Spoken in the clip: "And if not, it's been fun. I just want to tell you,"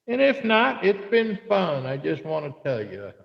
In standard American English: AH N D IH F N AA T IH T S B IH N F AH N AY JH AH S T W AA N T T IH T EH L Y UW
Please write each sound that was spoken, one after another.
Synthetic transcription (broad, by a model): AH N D IH F N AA T IH T S B IH N F AH N AY JH AH S T W AA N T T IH T EH L Y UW